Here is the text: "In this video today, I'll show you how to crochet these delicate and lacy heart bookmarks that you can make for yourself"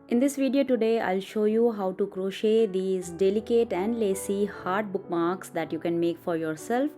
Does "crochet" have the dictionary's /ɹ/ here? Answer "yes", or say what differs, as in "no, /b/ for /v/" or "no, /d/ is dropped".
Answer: yes